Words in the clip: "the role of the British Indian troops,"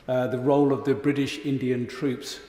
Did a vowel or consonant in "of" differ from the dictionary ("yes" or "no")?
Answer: no